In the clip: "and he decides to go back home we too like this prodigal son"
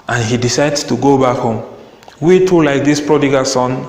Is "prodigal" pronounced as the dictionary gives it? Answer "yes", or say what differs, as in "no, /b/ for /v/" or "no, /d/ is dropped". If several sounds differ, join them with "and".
yes